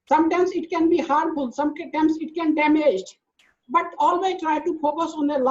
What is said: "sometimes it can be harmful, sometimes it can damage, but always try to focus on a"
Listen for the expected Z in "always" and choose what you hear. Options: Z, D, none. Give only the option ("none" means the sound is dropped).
none